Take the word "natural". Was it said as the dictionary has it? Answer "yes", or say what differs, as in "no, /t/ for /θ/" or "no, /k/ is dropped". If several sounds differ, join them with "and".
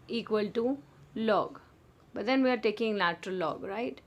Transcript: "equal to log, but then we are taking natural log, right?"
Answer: no, /l/ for /n/